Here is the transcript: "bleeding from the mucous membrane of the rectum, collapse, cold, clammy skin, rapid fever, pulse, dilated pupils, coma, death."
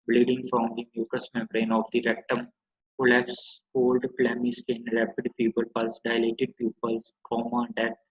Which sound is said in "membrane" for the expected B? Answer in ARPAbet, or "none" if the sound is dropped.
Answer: none